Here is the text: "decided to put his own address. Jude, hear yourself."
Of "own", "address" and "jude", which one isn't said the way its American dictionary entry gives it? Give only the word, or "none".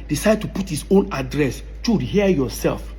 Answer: jude